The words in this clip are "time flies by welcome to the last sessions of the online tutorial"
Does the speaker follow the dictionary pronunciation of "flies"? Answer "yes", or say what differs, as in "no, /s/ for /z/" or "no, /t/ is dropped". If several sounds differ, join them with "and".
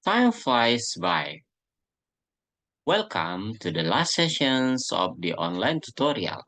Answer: no, /l/ is dropped